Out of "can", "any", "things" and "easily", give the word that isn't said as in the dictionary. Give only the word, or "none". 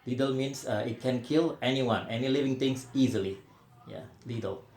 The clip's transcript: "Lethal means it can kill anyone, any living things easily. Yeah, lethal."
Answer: things